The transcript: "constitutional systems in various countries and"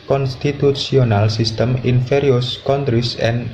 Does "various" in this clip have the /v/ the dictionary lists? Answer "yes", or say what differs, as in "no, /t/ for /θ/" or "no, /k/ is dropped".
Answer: no, /f/ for /v/